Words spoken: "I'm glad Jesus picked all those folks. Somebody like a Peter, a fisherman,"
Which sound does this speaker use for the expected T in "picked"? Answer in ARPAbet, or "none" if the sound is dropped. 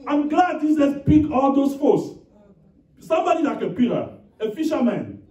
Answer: none